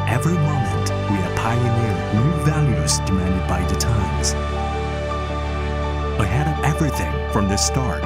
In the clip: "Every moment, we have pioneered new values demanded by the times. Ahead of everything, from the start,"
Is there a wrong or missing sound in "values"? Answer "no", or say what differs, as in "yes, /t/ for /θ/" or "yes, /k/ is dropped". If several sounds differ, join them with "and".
no